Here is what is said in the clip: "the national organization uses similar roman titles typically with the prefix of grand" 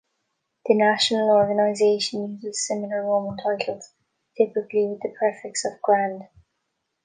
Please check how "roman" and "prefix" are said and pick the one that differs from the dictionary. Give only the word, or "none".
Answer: prefix